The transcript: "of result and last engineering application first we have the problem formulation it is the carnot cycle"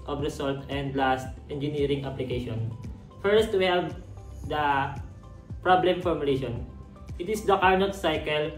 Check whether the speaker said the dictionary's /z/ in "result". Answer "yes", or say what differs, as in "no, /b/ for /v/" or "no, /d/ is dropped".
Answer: no, /s/ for /z/